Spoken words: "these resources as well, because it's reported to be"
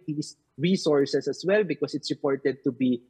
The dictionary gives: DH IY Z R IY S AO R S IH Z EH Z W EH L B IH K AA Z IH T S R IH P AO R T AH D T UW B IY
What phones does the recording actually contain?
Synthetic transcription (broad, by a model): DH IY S R IY S AO R S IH S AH S W EH L B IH K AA S IH T S R IH P AO R T AH D T UW B IY